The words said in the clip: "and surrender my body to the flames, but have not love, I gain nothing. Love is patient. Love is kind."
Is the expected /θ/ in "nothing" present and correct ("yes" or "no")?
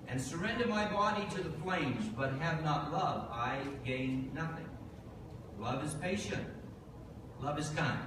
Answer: yes